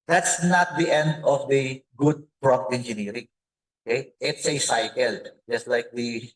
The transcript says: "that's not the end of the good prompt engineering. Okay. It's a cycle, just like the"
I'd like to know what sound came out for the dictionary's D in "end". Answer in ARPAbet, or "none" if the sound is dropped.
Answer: D